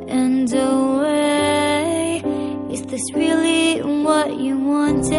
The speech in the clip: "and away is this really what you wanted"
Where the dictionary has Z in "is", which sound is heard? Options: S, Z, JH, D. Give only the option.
S